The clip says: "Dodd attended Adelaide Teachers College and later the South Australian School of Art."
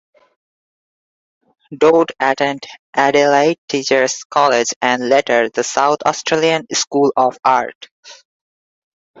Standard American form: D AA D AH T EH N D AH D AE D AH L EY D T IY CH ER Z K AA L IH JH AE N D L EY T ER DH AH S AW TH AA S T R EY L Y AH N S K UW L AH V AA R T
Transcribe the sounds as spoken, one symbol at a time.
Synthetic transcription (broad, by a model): D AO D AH T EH N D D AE D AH L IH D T IY CH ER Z K AA L IH JH AE N D L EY T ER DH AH S AW T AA S T R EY L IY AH N S K UW L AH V AA R T